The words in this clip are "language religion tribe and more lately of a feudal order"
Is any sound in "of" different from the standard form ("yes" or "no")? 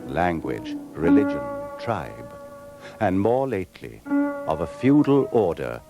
no